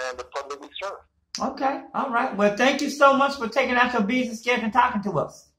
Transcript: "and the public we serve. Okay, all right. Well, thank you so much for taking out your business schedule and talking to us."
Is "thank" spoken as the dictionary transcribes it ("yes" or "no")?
yes